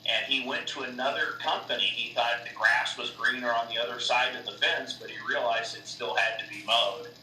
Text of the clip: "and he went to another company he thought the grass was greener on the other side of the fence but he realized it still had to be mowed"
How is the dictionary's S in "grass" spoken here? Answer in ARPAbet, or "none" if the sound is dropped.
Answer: S